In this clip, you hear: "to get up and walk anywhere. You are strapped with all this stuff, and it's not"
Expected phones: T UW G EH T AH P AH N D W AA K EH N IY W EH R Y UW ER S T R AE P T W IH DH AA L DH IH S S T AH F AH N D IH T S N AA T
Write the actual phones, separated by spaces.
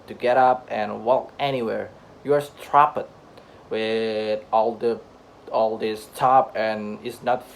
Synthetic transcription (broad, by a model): T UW G EH T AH P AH N W AA K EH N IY W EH R Y UW ER S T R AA P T W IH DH AA L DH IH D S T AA P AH N IH T S N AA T